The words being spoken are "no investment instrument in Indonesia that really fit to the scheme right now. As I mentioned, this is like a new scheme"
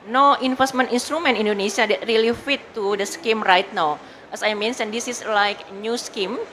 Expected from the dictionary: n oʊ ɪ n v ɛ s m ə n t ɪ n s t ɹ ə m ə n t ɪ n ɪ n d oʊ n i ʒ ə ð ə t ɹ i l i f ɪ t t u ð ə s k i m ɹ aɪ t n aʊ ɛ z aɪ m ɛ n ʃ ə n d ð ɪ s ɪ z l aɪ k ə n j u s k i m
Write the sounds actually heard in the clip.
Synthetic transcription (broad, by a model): n oʊ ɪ n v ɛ s m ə n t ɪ n s t ɹ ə m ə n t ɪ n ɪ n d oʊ n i s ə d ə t ɹ i l i f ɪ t t u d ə s k i m ɹ aɪ t n aʊ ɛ s aɪ m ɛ n s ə n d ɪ s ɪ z l aɪ k n j u s k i m